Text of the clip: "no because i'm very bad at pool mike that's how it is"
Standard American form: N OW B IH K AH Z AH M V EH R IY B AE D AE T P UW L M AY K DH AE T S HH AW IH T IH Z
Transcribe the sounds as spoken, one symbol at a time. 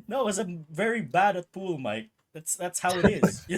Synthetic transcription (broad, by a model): N OW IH AH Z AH V EH R IY B AE D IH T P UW L M AY K DH AE T S HH AW IH T IH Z